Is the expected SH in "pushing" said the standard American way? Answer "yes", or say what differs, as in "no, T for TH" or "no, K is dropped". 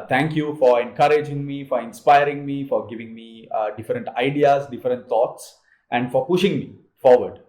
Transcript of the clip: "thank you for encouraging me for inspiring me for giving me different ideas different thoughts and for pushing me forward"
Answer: yes